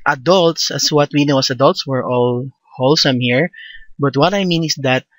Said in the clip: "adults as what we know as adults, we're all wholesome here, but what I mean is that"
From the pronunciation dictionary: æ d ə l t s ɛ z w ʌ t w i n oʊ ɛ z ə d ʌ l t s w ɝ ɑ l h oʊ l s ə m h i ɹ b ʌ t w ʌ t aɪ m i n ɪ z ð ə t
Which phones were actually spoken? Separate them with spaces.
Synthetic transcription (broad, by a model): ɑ d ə l t s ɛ s w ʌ t w i n oʊ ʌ s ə d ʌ l t s w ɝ ɑ l h oʊ l s ə m h i ɹ b ʌ t w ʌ t aɪ m i n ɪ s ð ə t